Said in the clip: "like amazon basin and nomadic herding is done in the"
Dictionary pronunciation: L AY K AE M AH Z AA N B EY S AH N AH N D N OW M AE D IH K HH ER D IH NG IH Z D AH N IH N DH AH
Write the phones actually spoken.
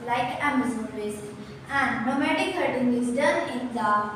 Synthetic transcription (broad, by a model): L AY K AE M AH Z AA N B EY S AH AH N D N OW M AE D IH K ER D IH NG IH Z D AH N IH N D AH